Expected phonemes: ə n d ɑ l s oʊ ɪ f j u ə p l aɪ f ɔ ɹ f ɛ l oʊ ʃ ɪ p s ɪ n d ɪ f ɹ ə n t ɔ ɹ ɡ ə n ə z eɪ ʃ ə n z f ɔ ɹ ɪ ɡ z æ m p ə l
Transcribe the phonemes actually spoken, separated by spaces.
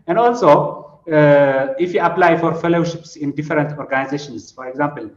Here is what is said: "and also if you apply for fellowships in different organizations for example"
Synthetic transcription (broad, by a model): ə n d ɑ l s oʊ ɪ f j u ə p l aɪ f ɔ ɹ f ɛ l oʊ ʃ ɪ p s ɪ n d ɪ f ɹ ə n t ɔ ɹ ɡ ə n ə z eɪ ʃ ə n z f ɔ ɹ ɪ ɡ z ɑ m p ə l